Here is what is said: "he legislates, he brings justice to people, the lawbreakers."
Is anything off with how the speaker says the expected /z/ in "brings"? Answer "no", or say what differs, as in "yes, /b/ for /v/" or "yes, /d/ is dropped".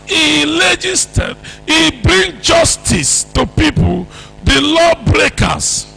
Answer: yes, /z/ is dropped